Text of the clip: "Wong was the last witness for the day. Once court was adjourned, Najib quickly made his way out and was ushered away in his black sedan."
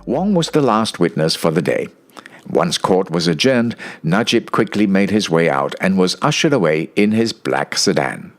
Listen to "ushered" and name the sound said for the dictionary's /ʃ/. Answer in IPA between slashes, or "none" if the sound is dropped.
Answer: /ʃ/